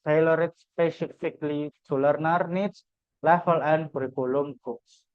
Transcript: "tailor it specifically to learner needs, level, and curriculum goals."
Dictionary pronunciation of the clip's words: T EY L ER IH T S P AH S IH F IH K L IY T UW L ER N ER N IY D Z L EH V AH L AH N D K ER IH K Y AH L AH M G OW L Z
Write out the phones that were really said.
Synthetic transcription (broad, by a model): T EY L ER IH T S P AH S IH F IH K L IY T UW L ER N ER N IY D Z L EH F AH L AH N D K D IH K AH L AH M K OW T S